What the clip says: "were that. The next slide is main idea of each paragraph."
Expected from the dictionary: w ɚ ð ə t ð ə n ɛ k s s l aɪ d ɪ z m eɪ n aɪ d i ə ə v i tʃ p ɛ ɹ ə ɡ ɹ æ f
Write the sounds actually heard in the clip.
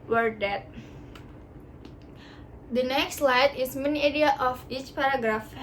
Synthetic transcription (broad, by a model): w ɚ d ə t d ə n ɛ k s s l aɪ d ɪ s m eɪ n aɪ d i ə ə f i tʃ p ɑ ɹ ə ɡ ɹ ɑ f